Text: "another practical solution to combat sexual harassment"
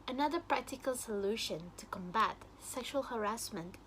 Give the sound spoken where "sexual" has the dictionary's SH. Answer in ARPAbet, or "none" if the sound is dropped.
SH